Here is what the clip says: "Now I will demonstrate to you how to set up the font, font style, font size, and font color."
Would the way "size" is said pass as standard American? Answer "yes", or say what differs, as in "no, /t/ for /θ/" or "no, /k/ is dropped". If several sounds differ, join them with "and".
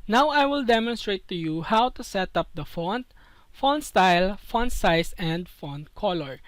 no, /s/ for /z/